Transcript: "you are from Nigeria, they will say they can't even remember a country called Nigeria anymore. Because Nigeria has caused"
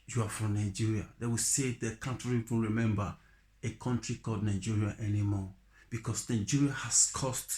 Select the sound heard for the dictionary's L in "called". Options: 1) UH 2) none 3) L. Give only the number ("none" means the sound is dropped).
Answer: 2